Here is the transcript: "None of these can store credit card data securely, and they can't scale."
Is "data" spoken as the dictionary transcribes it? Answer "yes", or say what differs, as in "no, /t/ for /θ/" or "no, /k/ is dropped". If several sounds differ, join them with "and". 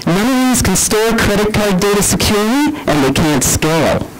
yes